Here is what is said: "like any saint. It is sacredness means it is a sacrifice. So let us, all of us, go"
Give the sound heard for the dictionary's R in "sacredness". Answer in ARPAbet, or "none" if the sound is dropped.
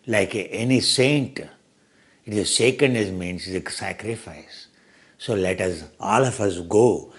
none